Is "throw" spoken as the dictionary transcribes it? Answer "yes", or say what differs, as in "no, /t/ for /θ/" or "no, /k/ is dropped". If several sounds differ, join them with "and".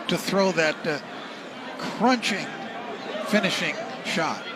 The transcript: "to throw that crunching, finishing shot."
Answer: yes